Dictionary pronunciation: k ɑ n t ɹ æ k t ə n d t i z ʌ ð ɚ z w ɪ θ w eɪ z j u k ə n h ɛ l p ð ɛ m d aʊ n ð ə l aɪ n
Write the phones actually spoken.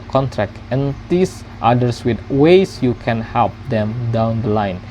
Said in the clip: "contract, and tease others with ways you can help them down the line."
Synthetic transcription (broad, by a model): k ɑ n t ɹ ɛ k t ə n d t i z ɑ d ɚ s w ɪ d w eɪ s j u k ə n h ɛ l p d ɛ m d aʊ n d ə l aɪ n